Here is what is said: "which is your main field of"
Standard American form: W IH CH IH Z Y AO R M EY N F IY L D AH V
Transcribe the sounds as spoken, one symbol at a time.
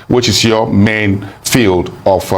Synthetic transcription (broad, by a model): W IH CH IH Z Y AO M EY N F IY L D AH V